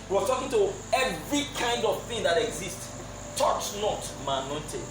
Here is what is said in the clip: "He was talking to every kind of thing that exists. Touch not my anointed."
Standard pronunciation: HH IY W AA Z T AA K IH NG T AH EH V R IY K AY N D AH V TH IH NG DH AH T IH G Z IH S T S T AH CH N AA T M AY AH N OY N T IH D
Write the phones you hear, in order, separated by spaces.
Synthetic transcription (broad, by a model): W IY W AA T AA K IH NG T AH EH V R IY K AY N D AH V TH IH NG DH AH T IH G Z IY S T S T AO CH N AA T M AY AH N OY N T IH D